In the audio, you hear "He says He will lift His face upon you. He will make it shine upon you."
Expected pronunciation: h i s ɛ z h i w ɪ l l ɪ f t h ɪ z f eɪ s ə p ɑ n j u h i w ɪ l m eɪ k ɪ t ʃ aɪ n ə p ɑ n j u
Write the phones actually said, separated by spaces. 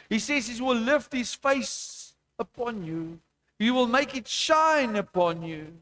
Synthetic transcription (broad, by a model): h i s ɛ z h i w ɪ l l ɪ f t h ɪ z f eɪ s ə p ɑ n j u h i w ɪ l m eɪ k ɪ t ʃ aɪ n ə p ɑ n j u